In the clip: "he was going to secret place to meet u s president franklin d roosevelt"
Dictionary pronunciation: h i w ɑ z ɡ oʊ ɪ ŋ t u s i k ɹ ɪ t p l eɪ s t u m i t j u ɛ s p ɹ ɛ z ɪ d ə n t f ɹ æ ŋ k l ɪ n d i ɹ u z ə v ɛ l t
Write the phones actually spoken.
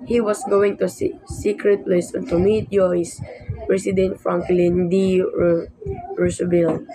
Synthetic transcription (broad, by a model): h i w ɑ s ɡ oʊ ɪ ŋ t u s i k ɹ ɪ t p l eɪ s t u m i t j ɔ s p ɹ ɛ s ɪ d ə n t f ɹ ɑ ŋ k l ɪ n d i ɹ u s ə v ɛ l